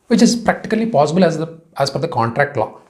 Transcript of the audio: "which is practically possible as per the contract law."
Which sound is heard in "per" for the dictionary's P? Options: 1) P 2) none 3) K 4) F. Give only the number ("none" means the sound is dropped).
4